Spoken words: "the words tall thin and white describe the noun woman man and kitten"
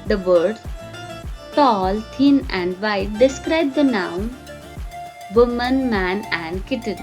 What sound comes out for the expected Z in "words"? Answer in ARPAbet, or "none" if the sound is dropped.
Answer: none